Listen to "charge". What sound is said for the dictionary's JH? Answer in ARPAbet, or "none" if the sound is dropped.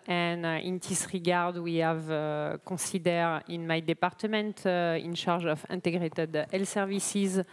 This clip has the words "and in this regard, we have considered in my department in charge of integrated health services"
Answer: ZH